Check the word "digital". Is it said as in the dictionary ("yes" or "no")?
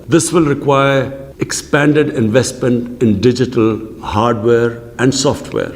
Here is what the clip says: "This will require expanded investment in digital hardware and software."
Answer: yes